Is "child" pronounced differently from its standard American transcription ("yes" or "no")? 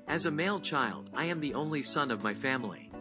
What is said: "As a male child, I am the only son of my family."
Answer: no